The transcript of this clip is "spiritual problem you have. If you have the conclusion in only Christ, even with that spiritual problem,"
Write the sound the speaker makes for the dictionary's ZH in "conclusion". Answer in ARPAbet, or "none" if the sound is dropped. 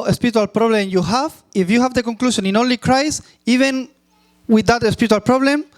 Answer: SH